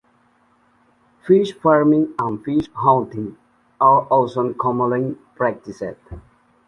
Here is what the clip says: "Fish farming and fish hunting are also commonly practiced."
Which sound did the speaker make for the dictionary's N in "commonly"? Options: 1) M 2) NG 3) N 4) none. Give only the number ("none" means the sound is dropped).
4